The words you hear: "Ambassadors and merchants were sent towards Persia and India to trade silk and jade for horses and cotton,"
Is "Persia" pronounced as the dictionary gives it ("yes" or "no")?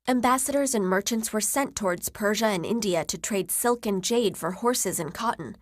yes